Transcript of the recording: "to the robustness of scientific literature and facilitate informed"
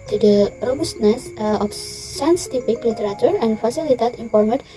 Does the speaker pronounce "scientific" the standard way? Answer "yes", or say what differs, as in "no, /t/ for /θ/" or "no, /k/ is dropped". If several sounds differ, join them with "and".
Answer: no, /p/ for /f/